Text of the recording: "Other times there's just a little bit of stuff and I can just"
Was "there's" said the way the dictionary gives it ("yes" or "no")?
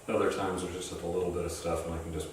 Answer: no